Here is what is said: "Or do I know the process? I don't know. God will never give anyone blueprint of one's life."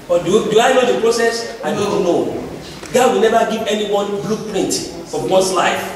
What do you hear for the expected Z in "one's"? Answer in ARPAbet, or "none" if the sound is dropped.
S